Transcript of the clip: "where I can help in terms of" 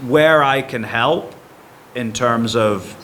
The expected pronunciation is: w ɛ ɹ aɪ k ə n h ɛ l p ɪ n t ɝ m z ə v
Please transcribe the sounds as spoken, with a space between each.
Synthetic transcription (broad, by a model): w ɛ ɹ aɪ k ə n h ɛ l p ɪ n t ɝ m z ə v